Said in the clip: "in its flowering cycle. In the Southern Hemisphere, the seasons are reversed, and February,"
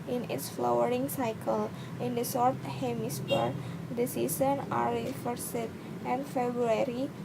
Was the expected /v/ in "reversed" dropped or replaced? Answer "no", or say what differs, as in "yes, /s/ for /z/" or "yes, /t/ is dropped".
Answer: yes, /f/ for /v/